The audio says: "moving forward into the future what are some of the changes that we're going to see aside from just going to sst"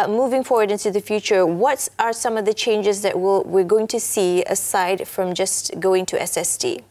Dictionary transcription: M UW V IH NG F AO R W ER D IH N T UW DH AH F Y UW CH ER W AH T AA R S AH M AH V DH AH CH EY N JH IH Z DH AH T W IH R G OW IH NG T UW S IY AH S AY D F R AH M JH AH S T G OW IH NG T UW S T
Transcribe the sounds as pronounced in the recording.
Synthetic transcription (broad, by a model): M UW V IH NG F AO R W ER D IH N T UW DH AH F Y UW CH ER W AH T AA R S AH M AH V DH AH CH EY N JH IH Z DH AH T W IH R G OW IH NG T UW S IY AH S AY D F R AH M JH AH S G OW IH NG T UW S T